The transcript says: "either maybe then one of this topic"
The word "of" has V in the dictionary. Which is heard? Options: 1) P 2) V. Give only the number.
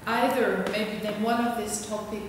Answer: 2